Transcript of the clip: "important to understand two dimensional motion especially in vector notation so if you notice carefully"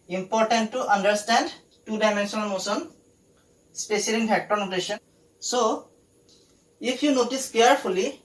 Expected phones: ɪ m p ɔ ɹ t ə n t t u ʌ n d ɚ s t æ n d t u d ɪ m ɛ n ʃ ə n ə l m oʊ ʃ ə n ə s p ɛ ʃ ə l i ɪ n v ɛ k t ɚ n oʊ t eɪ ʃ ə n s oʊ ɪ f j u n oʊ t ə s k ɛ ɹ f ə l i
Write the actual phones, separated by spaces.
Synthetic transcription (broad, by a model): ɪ m p ɔ ɹ t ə n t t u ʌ n d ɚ s t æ n d t u d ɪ m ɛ n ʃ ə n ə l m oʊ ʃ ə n s p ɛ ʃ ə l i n p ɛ k t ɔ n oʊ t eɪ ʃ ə n s oʊ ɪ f j u n oʊ t ə s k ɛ ɹ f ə l i